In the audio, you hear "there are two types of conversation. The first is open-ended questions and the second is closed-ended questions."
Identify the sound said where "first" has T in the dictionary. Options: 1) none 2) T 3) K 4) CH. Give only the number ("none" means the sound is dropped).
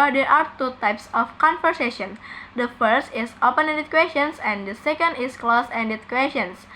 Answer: 2